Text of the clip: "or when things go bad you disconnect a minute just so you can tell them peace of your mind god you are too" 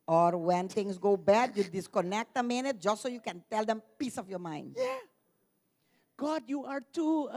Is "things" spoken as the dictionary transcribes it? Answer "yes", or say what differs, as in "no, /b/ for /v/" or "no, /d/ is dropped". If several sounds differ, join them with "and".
no, /t/ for /θ/